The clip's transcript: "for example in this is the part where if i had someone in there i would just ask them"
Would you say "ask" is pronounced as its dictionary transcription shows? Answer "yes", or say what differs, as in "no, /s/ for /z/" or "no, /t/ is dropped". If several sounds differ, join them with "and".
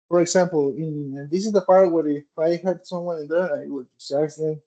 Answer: no, /s/ is dropped